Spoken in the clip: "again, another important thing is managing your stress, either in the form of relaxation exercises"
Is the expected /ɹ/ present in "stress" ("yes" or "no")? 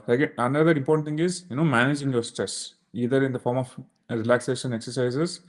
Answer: yes